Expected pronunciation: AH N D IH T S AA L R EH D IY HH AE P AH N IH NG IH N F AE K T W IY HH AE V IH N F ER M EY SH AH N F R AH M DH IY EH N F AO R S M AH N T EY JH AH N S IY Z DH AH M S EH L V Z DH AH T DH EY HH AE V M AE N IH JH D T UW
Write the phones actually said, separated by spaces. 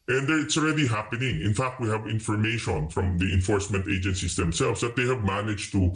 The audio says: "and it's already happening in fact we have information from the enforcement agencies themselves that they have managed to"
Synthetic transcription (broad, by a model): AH N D IH T S AA L R EH D IY HH AE P AH N IH NG IH N F AE K T W IY HH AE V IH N F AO M EY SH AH N F R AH M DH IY EH N F AO R S M AH N T EY JH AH N S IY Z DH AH M S EH L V S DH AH T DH EY HH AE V M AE N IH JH T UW